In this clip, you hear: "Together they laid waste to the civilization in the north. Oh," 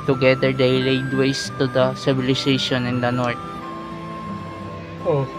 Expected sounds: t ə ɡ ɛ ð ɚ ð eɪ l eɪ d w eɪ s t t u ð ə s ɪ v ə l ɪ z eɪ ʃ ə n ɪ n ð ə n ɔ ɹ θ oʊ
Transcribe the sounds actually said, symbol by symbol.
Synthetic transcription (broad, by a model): t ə ɡ ɛ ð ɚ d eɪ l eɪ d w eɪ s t t u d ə s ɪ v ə l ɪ s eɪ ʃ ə n ɪ n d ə n ɔ ɹ t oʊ